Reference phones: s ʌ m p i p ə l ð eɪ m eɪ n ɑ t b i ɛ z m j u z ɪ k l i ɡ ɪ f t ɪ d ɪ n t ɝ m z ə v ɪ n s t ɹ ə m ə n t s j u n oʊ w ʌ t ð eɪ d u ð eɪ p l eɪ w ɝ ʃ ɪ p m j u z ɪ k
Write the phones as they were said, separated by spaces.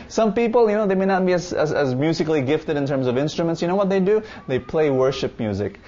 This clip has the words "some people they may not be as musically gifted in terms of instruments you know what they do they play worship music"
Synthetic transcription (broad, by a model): s ʌ m p i p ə n ð eɪ m eɪ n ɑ t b i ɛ z m j u z ɪ k l i ɡ ɪ f t ɪ d ɪ n t ɝ m z ə v ɪ n s t ɹ ə m ə n t s j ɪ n oʊ w ʌ t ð eɪ d u ð eɪ p l eɪ w ɝ ʃ ɪ p m j u z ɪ k